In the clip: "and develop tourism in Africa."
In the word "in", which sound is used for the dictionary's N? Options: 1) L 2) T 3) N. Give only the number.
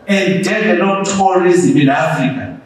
1